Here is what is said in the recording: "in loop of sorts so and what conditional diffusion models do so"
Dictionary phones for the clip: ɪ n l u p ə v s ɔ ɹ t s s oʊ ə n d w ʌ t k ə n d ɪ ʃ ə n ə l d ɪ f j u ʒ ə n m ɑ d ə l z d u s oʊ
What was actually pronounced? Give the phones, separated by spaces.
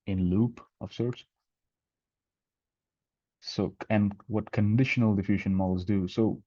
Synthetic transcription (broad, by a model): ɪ n l u p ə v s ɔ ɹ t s s oʊ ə n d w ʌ t k ə n d ɪ ʃ ə n ə l d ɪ f j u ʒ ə n m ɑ l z d u s oʊ